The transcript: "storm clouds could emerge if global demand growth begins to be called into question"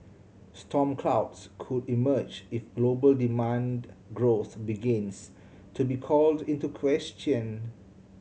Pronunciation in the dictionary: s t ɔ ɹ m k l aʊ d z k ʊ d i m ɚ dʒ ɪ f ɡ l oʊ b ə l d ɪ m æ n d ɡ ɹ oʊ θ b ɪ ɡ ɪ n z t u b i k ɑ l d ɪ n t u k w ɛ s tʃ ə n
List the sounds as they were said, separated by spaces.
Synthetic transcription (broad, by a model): s t ɔ m k l aʊ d s k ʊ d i m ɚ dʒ ɪ f ɡ l oʊ b ə l d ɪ m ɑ n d ɡ ɹ oʊ θ b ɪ ɡ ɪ n s t u b i k ɑ l d ɪ n t u k w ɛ s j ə n